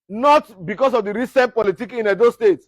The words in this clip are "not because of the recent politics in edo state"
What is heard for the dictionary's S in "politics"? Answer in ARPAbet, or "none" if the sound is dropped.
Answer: none